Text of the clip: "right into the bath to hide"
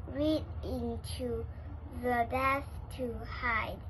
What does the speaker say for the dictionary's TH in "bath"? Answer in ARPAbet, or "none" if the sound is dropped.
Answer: S